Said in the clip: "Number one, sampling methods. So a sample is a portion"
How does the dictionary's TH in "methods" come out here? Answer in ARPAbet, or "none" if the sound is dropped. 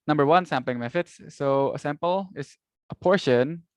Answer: F